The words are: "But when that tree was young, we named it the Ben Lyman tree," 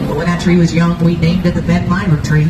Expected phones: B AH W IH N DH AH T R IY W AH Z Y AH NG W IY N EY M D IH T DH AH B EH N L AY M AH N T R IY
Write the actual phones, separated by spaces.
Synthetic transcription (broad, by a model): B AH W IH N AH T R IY W AH Z Y AH NG W IY N EY M D IH T DH AH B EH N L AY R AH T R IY